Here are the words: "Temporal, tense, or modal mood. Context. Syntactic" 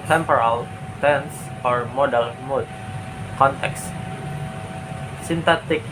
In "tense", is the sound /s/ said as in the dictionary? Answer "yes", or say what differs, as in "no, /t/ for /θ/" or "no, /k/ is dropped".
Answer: yes